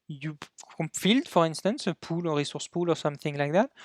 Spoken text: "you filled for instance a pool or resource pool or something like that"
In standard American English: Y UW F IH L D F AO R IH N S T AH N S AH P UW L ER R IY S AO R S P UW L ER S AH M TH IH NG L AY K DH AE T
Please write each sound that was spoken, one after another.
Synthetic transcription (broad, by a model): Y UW F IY L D F AO R IH N S T AH N S AH P UW L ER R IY S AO R S P UW L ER S AH M TH IH NG L AY K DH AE T